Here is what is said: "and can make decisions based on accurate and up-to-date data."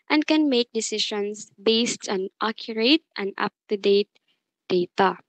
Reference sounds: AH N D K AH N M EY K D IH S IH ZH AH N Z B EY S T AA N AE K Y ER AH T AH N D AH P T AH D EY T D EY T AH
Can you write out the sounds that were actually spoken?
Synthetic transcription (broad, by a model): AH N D K AH N M EY K D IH S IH SH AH N S B EY S T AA N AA K Y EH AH T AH N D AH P T AH D EY T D EY T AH